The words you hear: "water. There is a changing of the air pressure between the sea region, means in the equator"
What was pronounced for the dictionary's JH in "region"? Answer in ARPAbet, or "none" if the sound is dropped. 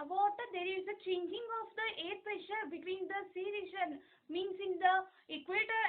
SH